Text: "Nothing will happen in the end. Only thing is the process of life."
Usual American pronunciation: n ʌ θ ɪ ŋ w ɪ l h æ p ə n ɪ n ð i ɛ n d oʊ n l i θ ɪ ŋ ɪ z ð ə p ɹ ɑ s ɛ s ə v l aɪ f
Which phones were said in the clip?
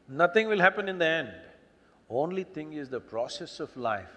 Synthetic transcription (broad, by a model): n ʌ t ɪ ŋ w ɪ l h æ p ə n ɪ n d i ɛ n d oʊ n l i t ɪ ŋ ɪ z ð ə p ɹ ɑ s ɛ s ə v l aɪ f